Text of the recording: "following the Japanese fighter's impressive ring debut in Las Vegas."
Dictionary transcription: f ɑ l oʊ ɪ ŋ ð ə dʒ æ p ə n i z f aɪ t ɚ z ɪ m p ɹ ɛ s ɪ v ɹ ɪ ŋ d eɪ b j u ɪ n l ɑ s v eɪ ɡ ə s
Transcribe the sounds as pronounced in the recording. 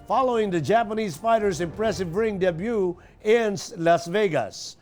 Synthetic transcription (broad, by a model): f ɑ l oʊ ɪ ŋ ð ə dʒ æ p ə n i z f aɪ t ɚ z ɪ m p ɹ ɛ s ɪ v ɹ ɪ ŋ d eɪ b j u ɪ n l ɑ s v eɪ ɡ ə s